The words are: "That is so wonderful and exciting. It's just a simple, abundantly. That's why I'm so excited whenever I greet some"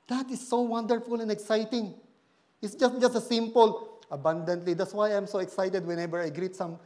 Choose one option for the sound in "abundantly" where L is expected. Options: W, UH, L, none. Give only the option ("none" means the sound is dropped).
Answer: L